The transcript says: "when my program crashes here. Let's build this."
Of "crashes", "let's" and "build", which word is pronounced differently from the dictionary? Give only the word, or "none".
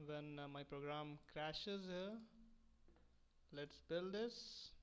none